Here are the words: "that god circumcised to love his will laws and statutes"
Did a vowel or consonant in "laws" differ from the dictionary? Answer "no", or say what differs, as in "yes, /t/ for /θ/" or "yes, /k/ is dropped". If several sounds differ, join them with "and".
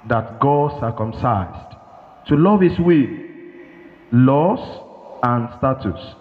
yes, /s/ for /z/